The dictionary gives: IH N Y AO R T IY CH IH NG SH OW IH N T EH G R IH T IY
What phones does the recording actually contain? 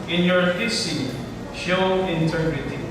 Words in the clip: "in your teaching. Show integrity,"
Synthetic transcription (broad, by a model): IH N Y AO R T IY S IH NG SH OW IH N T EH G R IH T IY